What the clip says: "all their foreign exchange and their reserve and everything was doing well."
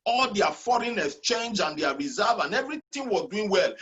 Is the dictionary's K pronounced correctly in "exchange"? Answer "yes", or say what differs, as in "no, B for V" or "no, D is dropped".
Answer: no, K is dropped